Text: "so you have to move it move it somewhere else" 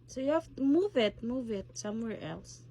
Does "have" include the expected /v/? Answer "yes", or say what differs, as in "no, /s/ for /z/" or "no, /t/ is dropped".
no, /f/ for /v/